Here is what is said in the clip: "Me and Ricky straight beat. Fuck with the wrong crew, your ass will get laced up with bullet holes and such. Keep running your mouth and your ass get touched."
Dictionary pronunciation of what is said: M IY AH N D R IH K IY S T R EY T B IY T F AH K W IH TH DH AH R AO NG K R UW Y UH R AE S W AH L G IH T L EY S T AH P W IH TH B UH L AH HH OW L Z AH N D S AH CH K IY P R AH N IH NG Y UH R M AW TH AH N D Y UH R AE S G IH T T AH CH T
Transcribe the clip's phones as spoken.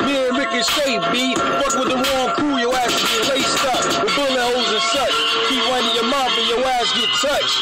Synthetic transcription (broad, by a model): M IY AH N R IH K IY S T EY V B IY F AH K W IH DH AH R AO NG K R UW Y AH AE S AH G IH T L EY S T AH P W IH B UH L AH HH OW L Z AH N S AH CH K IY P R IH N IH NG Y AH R M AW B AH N Y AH W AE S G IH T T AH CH